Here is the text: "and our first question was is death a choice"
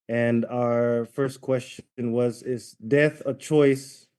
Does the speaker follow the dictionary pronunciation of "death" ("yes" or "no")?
yes